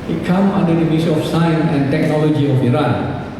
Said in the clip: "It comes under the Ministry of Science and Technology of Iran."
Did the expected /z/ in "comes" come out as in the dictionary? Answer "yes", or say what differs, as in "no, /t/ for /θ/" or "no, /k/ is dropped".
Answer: no, /z/ is dropped